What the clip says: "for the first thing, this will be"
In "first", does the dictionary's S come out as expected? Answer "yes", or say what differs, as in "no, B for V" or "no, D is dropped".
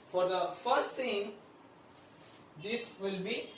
yes